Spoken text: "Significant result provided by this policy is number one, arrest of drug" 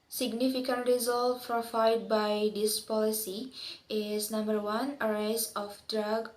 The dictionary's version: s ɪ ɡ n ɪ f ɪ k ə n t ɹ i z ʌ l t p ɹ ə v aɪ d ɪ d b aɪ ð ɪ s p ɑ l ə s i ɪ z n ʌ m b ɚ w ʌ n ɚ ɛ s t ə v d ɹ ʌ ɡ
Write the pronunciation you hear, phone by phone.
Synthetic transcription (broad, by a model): s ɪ ɡ n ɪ f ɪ k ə n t ɹ i z ʌ l t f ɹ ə f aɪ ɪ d b aɪ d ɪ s p ɑ l ə s i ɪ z n ʌ m b ɚ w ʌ n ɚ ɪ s ə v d ɹ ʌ ɡ